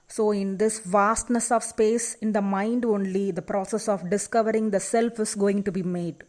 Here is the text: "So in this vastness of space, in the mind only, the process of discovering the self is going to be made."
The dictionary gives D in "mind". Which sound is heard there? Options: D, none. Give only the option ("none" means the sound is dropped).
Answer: D